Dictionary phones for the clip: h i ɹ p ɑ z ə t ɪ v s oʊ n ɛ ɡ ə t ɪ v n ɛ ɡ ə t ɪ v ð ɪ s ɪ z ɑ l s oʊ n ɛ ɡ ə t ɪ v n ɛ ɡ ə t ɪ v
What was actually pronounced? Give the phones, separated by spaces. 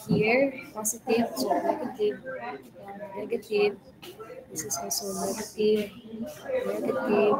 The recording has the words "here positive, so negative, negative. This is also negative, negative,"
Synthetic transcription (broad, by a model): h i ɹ p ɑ s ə t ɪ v s oʊ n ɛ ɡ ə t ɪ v n ɛ ɡ ə t ɪ v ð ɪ s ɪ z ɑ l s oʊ n ɛ ɡ ə t ɪ v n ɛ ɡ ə t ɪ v